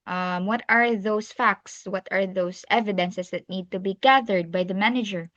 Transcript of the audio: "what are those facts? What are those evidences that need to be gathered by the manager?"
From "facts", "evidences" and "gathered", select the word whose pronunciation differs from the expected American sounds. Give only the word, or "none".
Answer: evidences